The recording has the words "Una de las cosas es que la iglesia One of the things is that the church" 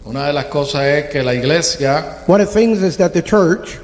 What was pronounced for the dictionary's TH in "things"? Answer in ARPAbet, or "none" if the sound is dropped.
TH